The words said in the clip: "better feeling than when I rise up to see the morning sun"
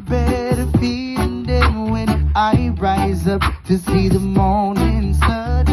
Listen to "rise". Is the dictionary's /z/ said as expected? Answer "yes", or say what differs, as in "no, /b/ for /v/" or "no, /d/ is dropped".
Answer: yes